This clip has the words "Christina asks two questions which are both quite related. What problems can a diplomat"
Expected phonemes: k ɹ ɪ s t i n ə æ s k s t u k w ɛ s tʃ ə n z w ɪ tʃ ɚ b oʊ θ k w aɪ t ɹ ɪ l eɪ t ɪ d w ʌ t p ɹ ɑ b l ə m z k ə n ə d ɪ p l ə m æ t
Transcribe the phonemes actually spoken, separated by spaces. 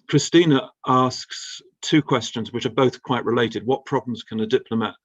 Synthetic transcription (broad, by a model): k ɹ ɪ s t i n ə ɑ s k s t u k w ɛ s tʃ ə n z w ɪ tʃ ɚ b oʊ θ k w aɪ t ɹ ɪ l eɪ t ɪ d w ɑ t p ɹ ɑ b l ə m z k ə n ə d ɪ p l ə m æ t